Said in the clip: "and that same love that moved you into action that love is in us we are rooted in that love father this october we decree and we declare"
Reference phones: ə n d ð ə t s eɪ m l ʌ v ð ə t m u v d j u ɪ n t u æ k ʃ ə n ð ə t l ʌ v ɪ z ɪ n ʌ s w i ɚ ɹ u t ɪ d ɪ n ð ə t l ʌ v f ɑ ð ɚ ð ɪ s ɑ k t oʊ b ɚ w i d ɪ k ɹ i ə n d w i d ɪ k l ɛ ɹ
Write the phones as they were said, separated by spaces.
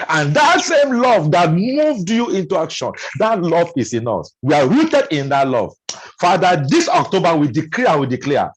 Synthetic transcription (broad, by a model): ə n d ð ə t s eɪ m l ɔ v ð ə t m u v d j u ɪ n t u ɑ k ʃ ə n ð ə t l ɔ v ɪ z ɪ n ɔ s w i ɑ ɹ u t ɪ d ɪ n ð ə t l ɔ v f ɑ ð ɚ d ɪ s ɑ k t oʊ b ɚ w i d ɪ k l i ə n w i d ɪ k l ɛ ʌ